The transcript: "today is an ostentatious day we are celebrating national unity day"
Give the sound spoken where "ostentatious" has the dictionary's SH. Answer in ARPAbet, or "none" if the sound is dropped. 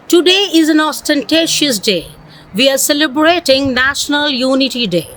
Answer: SH